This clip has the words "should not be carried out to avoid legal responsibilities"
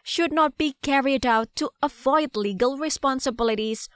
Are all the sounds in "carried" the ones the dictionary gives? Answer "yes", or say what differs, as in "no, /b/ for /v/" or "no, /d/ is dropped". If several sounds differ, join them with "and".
yes